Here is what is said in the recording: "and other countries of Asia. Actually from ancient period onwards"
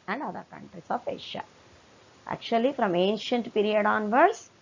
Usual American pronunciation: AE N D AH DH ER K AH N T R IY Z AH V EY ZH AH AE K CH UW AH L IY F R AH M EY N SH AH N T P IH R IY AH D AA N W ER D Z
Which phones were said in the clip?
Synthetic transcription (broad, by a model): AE N D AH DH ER K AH N T R IY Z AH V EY SH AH AE K CH UW AH L IY F R AH M EY N SH AH N T P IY R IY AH D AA N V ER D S